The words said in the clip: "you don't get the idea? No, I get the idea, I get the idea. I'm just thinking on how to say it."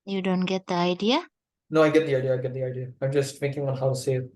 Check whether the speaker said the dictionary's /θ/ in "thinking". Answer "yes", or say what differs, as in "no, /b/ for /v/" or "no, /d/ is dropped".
no, /f/ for /θ/